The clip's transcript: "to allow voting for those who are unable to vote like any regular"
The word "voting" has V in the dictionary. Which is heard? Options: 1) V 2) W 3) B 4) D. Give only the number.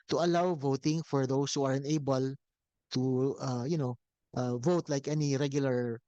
1